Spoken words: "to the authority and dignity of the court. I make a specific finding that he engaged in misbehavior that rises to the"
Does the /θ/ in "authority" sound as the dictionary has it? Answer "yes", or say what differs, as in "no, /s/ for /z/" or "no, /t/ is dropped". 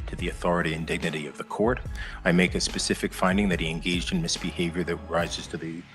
yes